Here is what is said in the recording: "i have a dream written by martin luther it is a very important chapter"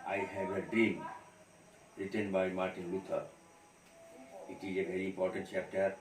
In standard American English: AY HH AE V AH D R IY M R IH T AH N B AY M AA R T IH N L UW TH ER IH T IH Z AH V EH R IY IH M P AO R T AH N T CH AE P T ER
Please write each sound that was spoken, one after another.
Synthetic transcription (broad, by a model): AY HH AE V AH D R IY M R IH T AH N B AY M AA R T IH N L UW T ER IH T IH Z AH V EH R IY IH M P AO R T AH N T CH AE P T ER